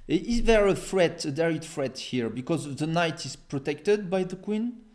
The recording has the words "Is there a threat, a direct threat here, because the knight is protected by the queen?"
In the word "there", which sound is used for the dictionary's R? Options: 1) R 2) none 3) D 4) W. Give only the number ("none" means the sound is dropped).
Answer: 1